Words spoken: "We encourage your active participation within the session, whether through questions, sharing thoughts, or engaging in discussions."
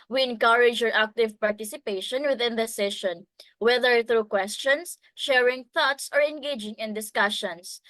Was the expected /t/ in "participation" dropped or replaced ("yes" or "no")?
no